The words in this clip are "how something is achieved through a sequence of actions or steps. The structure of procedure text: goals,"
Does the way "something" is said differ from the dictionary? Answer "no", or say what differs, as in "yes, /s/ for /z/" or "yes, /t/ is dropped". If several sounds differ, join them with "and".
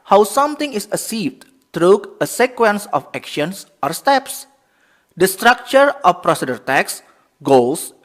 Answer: yes, /t/ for /θ/